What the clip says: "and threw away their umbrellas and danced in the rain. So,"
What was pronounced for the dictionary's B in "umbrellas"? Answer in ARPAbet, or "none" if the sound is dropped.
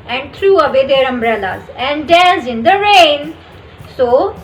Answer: B